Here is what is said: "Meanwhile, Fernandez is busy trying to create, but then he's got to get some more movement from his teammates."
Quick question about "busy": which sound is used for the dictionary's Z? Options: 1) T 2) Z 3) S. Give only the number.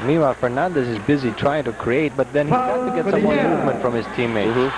2